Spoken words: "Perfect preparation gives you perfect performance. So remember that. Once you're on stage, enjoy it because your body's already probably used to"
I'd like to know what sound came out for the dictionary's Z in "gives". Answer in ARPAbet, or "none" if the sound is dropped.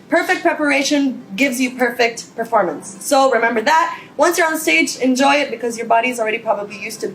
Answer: Z